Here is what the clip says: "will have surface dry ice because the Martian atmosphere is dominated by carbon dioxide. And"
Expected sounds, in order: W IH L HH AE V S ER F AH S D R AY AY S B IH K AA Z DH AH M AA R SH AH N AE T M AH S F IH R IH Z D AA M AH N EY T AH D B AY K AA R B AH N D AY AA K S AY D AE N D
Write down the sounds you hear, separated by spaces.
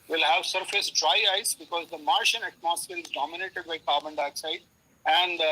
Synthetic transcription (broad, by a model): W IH L HH AE V S ER F AH S D R AY AY S B IH K AA Z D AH M AA R SH AH N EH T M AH S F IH L IH Z D AA M AH N EY T AH D B AY K AA R B AH N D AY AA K S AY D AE N D